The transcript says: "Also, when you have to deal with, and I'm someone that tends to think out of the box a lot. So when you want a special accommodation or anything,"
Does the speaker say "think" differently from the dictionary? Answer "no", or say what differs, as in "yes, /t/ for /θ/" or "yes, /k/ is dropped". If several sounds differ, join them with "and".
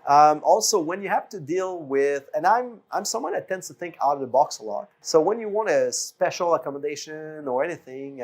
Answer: no